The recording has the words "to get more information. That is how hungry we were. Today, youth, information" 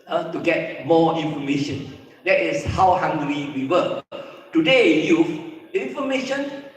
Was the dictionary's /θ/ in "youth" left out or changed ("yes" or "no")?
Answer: yes